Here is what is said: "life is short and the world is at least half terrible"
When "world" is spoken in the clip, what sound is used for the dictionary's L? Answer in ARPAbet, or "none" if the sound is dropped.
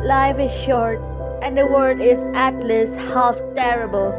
none